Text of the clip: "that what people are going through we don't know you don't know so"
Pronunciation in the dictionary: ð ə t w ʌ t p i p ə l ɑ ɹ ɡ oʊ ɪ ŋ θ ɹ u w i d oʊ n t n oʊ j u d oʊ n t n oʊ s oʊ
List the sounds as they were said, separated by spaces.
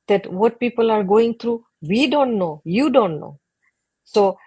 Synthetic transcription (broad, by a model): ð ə t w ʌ t p i p ə l ɑ ɹ ɡ oʊ ɪ ŋ t ɹ u w i d oʊ n t n oʊ j u d oʊ n t n oʊ s oʊ